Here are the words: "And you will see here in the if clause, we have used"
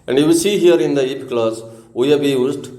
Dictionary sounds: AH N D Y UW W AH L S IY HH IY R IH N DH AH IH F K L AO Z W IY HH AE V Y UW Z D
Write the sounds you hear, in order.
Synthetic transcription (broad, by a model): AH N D Y UW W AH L S IY HH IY R IH N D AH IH P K L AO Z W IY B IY Y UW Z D